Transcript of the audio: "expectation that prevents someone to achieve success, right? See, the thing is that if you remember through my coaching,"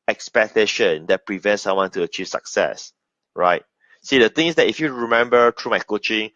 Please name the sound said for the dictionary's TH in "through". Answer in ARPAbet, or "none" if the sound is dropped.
T